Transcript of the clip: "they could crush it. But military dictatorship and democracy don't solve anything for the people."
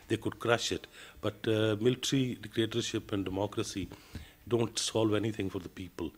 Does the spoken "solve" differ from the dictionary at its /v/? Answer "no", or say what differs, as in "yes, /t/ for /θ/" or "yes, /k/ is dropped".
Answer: no